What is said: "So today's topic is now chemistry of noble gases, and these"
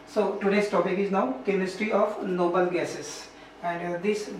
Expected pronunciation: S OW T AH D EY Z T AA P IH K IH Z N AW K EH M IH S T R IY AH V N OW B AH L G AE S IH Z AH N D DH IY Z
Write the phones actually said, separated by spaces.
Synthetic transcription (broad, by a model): S OW T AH D EY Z T AA P IH K IH Z N AW K EH M IH S T R IY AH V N OW B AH L G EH S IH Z AH N D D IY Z